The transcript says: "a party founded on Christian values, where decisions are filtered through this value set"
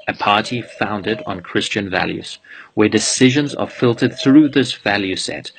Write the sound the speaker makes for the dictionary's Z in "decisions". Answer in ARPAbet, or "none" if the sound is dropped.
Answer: Z